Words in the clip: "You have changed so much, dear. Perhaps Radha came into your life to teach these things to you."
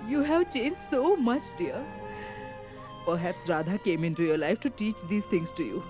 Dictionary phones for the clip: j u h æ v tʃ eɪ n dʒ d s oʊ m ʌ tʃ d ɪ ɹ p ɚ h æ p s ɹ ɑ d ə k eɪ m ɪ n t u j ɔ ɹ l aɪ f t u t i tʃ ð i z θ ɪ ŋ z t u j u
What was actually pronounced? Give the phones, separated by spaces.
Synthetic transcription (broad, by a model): j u h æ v tʃ eɪ n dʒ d s oʊ m ʌ tʃ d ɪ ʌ p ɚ h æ p s ɹ ɑ d ə k eɪ m ɪ n t u j ɔ ɹ l aɪ f t u t i tʃ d i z t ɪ ŋ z t u j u